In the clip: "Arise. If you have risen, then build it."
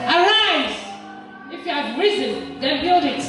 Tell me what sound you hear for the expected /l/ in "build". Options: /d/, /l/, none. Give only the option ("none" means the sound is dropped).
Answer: /l/